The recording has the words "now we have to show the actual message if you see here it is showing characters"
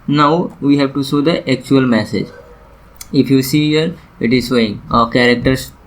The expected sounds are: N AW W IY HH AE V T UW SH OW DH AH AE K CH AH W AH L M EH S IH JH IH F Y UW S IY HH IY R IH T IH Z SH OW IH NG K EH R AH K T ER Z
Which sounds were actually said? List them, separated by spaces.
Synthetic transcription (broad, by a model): N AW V IY HH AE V T UW S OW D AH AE K CH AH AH L M EH S IH JH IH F Y UW S IY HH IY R IH T IH Z S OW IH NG K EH R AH K T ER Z